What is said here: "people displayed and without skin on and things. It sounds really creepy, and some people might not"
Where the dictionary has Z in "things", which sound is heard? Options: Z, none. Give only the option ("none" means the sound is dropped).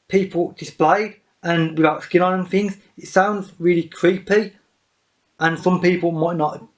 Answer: Z